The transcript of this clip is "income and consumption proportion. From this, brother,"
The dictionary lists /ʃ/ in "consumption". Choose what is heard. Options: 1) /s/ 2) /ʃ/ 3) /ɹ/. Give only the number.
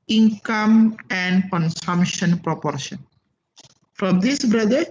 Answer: 2